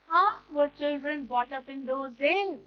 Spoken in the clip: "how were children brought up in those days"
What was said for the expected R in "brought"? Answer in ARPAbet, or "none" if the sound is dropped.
none